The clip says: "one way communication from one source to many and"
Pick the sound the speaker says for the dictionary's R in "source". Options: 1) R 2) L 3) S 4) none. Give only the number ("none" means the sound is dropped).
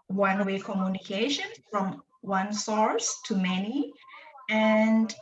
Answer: 1